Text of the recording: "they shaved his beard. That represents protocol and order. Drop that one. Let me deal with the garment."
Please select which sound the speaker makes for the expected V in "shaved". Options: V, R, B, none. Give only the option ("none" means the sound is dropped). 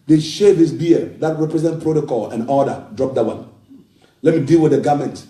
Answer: none